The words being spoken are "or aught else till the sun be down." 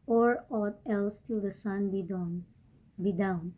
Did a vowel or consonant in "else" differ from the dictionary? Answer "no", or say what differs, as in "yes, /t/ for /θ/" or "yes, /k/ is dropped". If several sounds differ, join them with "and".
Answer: no